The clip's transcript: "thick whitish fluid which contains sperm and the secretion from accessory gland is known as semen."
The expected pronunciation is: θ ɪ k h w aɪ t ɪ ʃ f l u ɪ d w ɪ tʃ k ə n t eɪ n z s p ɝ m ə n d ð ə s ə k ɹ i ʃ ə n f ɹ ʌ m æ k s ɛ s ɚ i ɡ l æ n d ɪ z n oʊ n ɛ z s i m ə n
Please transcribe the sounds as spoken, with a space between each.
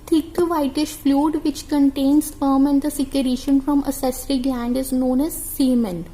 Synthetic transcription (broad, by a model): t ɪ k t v aɪ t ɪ ʃ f l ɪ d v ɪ tʃ k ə n t eɪ n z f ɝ m ə n d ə s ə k ɹ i ʃ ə n f ɹ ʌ m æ s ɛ s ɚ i ɡ l æ n d ɪ z n oʊ n ɛ z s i m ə n